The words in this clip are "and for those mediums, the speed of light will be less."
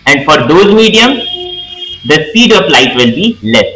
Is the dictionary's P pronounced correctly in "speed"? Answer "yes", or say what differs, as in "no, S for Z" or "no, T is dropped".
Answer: no, P is dropped